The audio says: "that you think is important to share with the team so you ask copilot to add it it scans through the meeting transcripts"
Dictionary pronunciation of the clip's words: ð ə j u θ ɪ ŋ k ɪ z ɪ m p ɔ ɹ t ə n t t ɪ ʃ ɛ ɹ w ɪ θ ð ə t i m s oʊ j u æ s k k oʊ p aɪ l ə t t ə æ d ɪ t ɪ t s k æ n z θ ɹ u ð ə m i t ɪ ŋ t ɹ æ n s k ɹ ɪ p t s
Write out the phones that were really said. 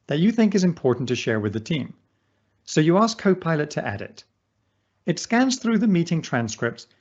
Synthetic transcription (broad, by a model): ð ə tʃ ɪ θ ɪ ŋ k ɪ z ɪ m p ɔ ɹ t n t t ɪ ʃ ɛ ɹ w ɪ ð ə t i m s oʊ j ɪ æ s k k oʊ p aɪ l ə t t æ d ɪ t ɪ t s k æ n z θ ɹ u ð ə m i t ɪ ŋ t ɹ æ n s k ɹ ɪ p t s